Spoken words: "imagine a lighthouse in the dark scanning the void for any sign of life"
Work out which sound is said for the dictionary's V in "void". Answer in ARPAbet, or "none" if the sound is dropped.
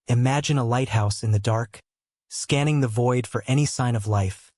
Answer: V